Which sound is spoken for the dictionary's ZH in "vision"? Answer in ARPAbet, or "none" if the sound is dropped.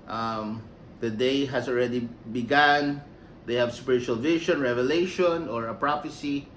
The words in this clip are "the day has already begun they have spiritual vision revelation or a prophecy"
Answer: SH